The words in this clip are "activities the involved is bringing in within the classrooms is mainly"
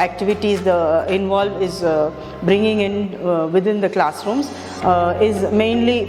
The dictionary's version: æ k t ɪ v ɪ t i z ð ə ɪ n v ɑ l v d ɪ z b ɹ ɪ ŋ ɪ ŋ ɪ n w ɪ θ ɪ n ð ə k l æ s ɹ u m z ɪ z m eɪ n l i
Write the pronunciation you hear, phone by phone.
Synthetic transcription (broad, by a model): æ k t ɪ v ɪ t i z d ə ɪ n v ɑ l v ɪ z b ɹ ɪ ŋ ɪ ŋ ɪ n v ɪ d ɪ n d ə k l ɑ s ɹ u m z ɪ z m eɪ n l i